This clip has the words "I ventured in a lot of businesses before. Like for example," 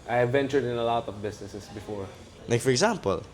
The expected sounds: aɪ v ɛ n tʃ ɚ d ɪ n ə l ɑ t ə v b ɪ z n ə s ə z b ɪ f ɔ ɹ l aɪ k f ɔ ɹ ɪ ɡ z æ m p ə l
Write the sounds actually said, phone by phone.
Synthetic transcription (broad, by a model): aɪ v ɛ n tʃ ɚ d ɪ n ə l ɑ t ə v b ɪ s n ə s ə s b ɪ f ɔ ɹ n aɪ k f ɔ ɹ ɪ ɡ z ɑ m p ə l